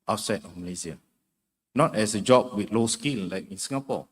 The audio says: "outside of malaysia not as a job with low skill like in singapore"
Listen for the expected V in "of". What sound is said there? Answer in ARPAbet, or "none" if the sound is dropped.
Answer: F